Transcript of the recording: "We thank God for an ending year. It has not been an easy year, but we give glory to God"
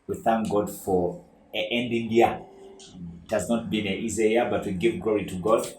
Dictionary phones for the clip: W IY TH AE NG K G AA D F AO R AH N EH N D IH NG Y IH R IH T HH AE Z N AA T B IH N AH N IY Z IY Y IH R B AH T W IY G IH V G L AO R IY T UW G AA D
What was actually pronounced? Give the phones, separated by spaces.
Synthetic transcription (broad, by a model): W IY TH AE NG K G AA D F AO R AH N EH N D IH NG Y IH IH T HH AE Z N AA T B IH N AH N IY Z IY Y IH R B AH T W IY G IH V G L AO R IY T UW G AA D